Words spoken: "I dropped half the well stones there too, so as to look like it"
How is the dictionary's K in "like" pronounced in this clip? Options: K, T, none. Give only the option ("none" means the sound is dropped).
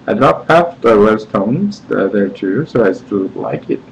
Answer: K